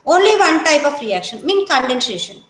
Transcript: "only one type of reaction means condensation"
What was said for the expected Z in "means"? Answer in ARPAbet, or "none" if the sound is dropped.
none